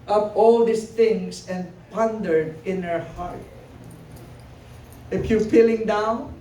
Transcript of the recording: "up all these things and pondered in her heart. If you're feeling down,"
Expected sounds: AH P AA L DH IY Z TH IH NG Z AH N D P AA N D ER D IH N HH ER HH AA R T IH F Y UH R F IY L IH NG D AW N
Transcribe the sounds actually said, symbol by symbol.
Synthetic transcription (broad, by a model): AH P AA L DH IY S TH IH NG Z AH N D P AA N D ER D IH N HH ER HH AA R T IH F Y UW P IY L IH NG D AW N